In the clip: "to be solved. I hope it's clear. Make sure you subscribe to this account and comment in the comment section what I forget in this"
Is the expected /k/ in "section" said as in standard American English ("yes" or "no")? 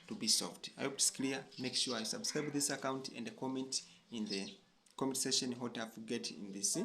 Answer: no